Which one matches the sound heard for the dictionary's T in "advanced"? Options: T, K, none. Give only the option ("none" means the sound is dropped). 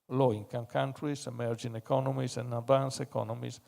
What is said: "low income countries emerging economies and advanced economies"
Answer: none